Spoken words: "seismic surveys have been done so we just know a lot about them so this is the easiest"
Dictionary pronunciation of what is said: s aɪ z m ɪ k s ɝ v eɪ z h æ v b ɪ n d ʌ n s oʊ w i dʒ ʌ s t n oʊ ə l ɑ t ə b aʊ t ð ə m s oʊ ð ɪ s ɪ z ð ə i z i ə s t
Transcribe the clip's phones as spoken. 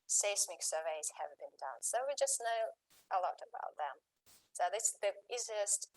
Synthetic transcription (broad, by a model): s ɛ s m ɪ k s ɝ v eɪ z h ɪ v b ɪ n d ʌ n s oʊ w i dʒ ʌ s n oʊ ə l ɑ t ə b aʊ t ð ə m s oʊ ð ɪ s ð ə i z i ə s t